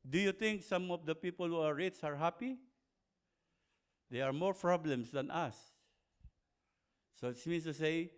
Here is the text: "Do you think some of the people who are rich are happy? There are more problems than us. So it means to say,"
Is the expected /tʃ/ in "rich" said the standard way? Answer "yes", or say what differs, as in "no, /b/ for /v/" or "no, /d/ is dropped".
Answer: no, /s/ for /tʃ/